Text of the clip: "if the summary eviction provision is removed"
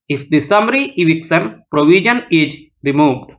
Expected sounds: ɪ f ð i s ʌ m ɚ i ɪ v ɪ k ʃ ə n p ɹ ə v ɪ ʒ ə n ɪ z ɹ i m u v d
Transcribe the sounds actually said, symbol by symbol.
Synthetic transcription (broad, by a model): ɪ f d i s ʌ m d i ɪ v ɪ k s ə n p ɹ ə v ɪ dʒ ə n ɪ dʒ ɹ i m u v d